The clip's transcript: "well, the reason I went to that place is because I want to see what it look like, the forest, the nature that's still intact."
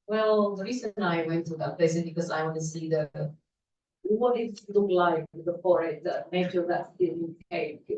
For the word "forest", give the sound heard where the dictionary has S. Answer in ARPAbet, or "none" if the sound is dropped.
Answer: none